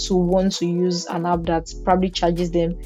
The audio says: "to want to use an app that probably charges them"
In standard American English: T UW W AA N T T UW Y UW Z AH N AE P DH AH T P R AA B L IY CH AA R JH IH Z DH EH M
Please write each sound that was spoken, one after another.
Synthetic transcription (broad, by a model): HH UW W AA N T T UW Y UW Z AH N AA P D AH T P R AA B L IY CH AA JH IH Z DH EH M